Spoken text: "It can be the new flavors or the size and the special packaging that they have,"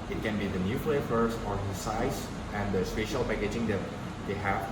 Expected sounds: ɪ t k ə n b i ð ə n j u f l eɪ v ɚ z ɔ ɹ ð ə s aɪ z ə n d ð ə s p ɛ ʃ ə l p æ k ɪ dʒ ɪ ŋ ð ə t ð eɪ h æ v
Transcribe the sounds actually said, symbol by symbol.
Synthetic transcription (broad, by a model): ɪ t k ə n b i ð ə n j u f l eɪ f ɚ s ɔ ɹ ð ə s aɪ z ə n d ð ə s p ɛ ʃ ə l p æ k ɪ dʒ ɪ ŋ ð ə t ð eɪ h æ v